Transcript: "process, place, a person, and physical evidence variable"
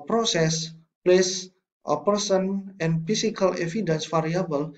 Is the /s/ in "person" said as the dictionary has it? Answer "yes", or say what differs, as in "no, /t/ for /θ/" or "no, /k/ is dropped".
yes